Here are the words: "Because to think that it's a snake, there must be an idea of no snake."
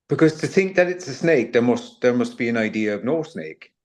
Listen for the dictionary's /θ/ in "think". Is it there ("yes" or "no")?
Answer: yes